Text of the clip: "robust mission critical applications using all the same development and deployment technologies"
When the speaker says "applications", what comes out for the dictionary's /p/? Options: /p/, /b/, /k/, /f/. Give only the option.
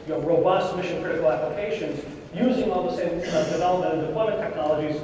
/p/